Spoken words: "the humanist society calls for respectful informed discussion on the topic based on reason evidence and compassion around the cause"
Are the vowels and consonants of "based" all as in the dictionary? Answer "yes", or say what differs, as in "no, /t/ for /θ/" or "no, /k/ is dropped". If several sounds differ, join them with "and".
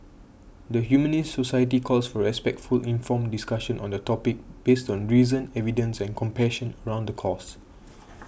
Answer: yes